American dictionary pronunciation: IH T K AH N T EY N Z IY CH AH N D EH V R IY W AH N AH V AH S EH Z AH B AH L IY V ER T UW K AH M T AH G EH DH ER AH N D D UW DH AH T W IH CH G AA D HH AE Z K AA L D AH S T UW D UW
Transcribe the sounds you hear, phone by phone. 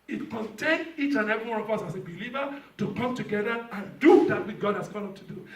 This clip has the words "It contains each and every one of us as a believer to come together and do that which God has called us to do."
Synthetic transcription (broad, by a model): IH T K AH N T EY N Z IY CH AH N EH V IY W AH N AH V AH S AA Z AH B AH L IY V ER T UW K AH M T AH G EH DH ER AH N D D UW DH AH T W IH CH G AA D HH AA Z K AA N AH T UW D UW